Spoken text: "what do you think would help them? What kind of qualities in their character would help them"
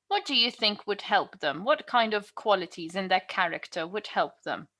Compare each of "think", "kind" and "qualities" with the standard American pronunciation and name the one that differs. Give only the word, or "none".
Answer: none